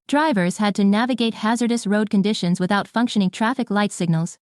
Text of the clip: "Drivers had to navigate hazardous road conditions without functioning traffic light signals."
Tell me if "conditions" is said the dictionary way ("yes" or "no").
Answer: yes